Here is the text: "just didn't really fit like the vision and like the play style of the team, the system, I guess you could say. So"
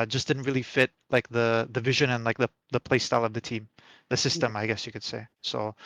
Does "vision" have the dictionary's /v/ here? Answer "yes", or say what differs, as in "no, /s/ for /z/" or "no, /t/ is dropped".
yes